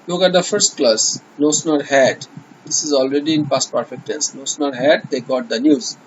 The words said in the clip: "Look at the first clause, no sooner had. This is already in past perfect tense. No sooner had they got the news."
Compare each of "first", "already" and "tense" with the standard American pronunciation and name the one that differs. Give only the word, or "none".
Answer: tense